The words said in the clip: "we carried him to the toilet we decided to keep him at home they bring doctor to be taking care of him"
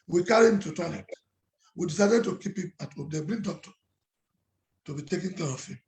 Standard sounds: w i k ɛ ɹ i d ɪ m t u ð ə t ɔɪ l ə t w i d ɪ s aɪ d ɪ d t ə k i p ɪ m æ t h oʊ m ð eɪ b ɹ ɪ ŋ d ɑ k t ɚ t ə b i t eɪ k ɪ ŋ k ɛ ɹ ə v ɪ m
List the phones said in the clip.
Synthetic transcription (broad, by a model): w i k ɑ ɹ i ɪ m t u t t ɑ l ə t w i d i s aɪ d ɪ d t ə k i p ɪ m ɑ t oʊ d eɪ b ɹ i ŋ d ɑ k t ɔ t ə b i t eɪ k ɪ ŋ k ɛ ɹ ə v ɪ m